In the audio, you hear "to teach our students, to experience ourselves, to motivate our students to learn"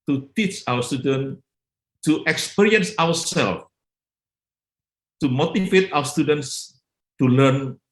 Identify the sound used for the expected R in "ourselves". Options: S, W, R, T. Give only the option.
W